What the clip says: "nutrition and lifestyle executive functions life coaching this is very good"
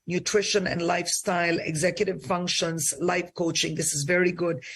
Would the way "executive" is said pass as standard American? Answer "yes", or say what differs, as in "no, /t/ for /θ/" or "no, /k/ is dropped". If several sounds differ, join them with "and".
yes